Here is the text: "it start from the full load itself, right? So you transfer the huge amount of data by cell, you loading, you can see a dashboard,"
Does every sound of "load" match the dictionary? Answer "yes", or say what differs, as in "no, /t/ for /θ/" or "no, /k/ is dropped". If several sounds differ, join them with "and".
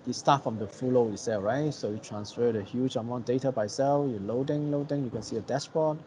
no, /d/ is dropped